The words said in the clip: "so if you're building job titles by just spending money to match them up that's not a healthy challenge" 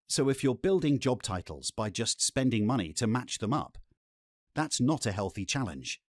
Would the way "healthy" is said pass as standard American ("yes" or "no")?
yes